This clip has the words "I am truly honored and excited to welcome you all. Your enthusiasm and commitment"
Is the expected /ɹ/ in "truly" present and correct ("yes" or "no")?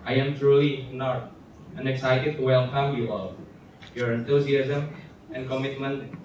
yes